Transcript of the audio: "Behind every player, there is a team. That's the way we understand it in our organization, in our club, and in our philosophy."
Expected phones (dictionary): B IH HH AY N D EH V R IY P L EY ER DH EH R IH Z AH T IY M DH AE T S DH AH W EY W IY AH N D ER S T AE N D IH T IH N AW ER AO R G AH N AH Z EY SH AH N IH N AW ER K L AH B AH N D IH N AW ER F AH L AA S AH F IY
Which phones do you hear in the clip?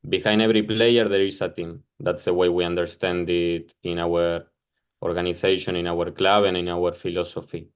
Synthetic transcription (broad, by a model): B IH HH AY N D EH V R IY P L EY ER DH EH R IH S AH T IY M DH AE T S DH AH W EY W IY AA N D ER S T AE N D IH T IH N AW ER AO R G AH N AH S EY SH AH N IH N AW ER K L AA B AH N IH N AW ER F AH L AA S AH F IY